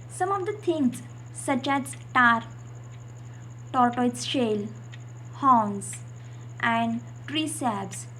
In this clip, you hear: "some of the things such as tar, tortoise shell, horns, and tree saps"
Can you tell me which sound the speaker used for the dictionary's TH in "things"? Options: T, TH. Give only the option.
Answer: T